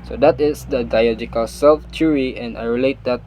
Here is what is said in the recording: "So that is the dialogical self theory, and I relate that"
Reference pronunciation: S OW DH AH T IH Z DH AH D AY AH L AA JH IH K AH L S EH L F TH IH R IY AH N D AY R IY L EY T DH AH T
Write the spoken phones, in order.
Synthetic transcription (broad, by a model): S OW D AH T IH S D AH D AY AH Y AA JH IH K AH L S EH L F T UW R IY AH N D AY R IY L EY T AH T